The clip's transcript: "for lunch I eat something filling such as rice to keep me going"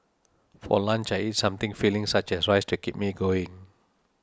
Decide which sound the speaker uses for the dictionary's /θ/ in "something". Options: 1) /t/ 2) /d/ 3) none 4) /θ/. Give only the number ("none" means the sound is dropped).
1